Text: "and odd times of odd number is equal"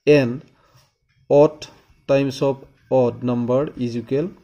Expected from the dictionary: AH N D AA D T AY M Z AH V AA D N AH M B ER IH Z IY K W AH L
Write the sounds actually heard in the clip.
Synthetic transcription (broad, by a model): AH N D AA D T AY M S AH P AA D N AH M B ER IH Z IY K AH L